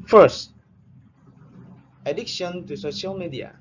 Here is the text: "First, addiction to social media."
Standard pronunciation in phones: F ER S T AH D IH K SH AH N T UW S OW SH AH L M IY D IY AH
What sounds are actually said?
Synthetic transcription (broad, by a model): F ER S T AH D IH K SH AH N T UW S OW SH AH L M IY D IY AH